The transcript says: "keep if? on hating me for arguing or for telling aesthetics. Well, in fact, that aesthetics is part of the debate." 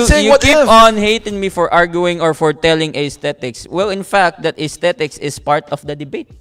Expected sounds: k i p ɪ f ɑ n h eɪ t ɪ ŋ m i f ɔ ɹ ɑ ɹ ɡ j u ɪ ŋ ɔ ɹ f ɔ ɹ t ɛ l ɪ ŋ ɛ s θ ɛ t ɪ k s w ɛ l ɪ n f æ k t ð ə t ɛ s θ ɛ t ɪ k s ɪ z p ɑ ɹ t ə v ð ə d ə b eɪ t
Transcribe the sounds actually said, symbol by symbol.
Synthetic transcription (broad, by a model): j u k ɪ p ɑ n h eɪ t ɪ ŋ m i f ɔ ɹ ɑ ɹ ɡ j u ɪ ŋ ɔ ɹ f ɔ ɹ t ɛ l ɪ ŋ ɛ s t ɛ t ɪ k s w ɛ l ɪ n f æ k t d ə t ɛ s t ɛ t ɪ k s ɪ s p ɑ ɹ t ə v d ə d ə b eɪ t